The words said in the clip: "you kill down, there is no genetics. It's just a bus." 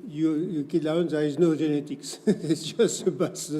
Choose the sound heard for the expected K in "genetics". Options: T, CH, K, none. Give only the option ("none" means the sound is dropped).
K